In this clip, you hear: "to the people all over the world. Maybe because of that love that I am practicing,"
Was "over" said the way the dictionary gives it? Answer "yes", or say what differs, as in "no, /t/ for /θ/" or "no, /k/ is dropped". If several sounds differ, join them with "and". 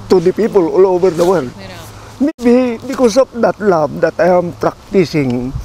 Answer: no, /b/ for /v/